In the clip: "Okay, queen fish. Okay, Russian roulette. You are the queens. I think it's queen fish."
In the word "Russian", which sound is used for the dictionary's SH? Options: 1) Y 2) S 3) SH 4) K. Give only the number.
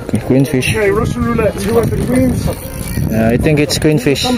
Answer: 2